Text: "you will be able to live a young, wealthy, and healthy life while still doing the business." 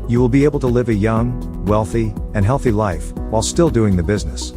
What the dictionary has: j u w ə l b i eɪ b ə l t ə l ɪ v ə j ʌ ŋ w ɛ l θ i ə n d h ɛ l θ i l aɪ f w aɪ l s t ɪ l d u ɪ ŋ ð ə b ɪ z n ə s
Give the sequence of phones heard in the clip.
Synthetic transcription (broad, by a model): j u w ə l b i eɪ b l t ə l ɪ v ə j ʌ ŋ w ɛ l θ i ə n h ɛ l θ i l aɪ f w aɪ l s t ɪ l d u ɪ ŋ ð ə b ɪ z n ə s